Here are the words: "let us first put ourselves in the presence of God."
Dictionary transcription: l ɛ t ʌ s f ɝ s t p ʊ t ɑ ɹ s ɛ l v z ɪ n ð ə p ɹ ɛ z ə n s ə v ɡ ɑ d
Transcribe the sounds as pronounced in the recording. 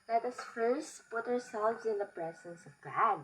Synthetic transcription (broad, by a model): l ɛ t ʌ s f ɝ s p ʊ t ɑ ɹ s ɛ l v z ɪ n ð ə p ɹ ɛ z ə n s ə v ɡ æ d